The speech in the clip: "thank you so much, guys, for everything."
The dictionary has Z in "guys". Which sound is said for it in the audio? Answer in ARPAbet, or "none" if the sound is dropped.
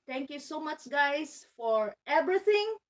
S